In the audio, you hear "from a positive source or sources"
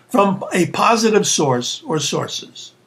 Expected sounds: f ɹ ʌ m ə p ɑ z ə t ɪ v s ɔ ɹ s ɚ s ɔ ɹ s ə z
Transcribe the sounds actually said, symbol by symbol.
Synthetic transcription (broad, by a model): f ɹ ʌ m ə p ɑ z ə t ɪ v s ɔ ɹ s ɚ s ɔ ɹ s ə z